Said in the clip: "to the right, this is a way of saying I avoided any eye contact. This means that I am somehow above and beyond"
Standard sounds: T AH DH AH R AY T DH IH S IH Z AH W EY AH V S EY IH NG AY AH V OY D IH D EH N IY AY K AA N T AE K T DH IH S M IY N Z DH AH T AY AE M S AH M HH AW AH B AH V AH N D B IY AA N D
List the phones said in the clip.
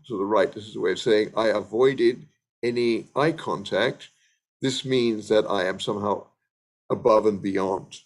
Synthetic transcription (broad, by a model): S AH DH AH R AY T DH IH S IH Z AH W EY AH V S EY IH NG AY AH V OY D IH D EH N IY AY K AA N T AE K T DH IH S M IY N Z DH AH T AY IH M S AH M HH AW AH B AH V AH N B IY AA N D